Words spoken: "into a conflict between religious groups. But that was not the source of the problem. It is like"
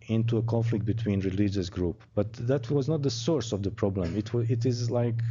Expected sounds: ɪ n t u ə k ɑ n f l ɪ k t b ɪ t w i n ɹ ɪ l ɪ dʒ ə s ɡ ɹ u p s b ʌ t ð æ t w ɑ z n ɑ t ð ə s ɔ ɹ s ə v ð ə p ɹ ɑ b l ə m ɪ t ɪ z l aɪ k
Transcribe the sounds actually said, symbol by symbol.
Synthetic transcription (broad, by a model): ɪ n t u ə k ɑ n f l ɪ k t b ɪ t w i n ɹ ɪ l ɪ dʒ ə s ɡ ɹ u p b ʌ t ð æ t w ɑ z n ɑ t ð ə s ɔ ɹ s ə v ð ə p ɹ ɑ b l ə m ɪ t ɪ z l aɪ k